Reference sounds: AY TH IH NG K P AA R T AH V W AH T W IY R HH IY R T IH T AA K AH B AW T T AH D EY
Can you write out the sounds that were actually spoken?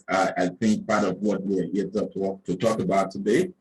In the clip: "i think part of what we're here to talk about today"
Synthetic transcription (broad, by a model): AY TH IH NG K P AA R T AH V W AH T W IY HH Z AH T T IH T AA K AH B AW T T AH D EY